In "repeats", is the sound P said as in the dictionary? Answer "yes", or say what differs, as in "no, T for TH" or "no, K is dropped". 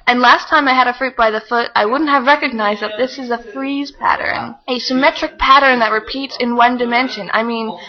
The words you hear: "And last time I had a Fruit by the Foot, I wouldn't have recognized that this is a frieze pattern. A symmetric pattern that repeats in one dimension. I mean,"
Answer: yes